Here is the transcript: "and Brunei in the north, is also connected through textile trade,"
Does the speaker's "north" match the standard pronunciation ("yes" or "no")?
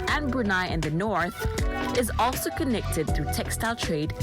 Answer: yes